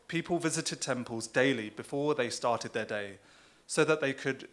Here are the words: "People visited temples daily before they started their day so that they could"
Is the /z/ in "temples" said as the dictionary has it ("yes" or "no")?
yes